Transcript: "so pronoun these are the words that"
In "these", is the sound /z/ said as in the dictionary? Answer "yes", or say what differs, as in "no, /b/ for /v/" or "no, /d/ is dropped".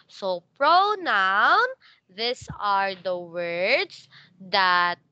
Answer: no, /s/ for /z/